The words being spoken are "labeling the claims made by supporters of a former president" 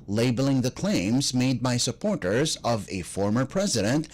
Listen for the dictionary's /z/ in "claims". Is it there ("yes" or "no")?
yes